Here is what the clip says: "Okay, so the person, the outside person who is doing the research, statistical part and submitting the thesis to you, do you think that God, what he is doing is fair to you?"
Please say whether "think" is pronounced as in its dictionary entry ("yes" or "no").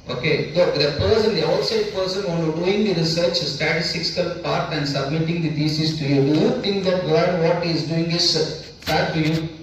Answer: no